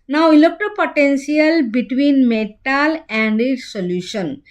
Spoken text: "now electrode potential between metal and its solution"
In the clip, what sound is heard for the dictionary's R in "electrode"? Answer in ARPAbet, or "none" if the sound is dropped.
none